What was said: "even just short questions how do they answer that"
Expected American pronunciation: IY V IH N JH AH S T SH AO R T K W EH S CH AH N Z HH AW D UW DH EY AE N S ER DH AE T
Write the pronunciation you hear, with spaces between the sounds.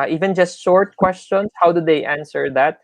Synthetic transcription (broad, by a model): IY V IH N JH AH S T SH AO R T K W EH S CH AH N S HH AW D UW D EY AE N S ER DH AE T